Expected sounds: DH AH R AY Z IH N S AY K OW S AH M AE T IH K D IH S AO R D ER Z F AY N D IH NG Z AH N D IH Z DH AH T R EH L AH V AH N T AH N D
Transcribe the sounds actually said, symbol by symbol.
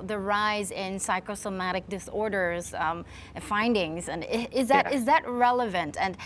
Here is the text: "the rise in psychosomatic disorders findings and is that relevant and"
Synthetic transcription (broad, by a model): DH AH R AY Z IH N S AY K OW S AH M AE T IH K D IH S AO R D ER Z F AY N D IH NG Z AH N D IH Z DH AH T R EH L AH V AH N T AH N